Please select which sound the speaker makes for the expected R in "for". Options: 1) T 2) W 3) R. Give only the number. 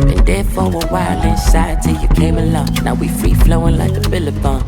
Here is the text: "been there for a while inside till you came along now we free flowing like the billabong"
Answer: 2